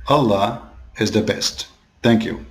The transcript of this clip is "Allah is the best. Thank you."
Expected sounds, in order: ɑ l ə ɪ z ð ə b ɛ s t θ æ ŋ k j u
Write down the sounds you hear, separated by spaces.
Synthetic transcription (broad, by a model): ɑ l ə ɪ z ð ə b ɛ s t θ æ ŋ k j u